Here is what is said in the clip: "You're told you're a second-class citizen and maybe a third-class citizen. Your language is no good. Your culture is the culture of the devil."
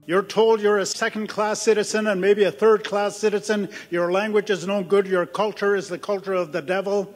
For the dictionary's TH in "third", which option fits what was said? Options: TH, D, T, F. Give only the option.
TH